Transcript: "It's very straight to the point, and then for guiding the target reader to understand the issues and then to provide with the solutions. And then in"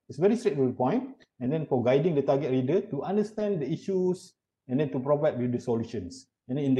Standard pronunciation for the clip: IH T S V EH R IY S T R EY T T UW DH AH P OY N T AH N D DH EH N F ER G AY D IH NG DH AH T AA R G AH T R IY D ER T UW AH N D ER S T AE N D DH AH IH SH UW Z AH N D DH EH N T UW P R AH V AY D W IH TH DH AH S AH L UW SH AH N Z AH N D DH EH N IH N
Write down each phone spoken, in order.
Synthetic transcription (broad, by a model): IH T S V EH R IY S T R EY T T UW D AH P OY N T AH N D EH N F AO G AY D IH NG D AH T AA G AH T R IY D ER T UW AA N D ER S T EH N D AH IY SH UW S AH N D EH N T UW P R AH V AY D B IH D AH S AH L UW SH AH N S AH N D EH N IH